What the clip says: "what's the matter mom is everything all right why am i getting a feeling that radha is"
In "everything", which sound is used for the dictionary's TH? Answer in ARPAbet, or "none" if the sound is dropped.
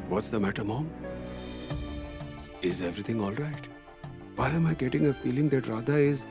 T